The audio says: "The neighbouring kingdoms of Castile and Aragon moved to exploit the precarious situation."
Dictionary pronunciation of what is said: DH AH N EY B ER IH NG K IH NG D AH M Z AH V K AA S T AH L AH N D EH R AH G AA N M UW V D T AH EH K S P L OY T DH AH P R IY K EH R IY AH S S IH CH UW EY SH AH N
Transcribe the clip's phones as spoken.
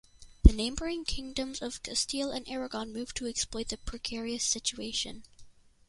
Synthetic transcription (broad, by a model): DH AH N EY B ER IH NG K IH NG D AH M Z AH V K AA S T AH L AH N EH R AH G AA N M UW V T AH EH K S P L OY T DH AH P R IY K EH R IY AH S S IH CH UW EY SH AH N